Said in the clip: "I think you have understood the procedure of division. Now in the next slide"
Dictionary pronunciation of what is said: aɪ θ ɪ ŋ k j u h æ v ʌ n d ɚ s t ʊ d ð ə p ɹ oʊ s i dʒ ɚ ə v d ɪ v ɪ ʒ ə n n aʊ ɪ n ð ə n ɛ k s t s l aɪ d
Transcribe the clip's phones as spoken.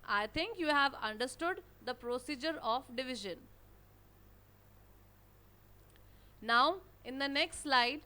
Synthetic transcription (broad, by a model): aɪ t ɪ ŋ k j u h æ v ʌ n d ɚ s t ʊ d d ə p ɹ oʊ s i dʒ ɚ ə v d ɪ v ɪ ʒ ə n n aʊ ɪ n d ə n ɛ k s t s l aɪ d